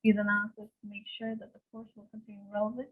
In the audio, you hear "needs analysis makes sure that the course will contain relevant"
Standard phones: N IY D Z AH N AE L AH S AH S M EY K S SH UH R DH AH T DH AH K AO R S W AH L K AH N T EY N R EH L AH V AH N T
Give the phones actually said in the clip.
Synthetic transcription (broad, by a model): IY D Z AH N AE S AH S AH M EY K SH UH R DH AH T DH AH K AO R S W AH L K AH N T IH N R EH L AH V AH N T